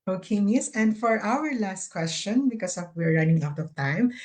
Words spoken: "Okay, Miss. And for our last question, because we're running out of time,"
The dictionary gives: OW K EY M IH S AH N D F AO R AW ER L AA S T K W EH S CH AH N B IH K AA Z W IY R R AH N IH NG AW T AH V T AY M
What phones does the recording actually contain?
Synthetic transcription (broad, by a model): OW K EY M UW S AH N D F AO R AW ER L AA S T K W EH S CH AH N B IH K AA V W IY R R AH N IH NG AW T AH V T AY M